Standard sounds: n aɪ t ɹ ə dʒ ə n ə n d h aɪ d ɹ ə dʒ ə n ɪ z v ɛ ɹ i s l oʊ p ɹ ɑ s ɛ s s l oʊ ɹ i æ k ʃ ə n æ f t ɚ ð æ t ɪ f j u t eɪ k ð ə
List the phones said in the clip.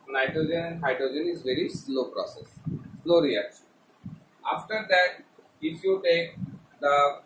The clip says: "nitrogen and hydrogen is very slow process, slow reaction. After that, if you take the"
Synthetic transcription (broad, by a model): n aɪ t ɹ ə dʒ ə n ə n d h aɪ d ɹ ə dʒ ə n ɪ z v ɛ ɹ i s l oʊ p ɹ ɑ s ɛ s s l oʊ ɹ i æ k ʃ ə n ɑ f t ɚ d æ t ɪ f j u t eɪ k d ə